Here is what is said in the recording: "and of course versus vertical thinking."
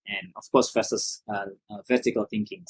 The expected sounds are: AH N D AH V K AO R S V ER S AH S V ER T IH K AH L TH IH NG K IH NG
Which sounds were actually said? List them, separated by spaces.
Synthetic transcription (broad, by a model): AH N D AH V K AO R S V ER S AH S V ER T IH K AH L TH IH NG K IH NG